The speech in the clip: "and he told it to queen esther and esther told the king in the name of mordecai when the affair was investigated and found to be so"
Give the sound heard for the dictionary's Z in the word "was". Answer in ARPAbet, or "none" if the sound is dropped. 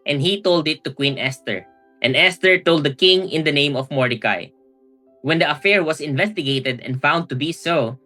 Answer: S